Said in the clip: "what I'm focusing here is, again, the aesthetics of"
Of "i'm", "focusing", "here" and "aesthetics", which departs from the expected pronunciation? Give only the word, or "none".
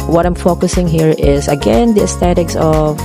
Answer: aesthetics